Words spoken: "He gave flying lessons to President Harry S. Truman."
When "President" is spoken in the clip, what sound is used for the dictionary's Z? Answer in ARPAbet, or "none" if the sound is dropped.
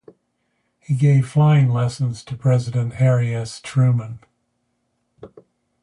Z